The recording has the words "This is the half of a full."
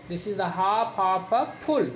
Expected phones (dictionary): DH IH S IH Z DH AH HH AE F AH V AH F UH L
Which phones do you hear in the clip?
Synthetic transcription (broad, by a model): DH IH S IH Z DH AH HH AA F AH P AH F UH L